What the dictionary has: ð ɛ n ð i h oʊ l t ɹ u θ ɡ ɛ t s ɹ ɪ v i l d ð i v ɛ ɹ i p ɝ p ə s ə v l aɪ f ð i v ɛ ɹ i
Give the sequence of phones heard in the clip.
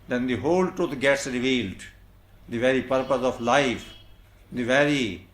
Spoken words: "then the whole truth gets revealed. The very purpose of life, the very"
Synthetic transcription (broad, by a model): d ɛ n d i h oʊ l t u t ɡ ɛ t s ɹ ɪ v i l d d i v ɛ ɹ i p ɝ p ə s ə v l aɪ f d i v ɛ ɹ i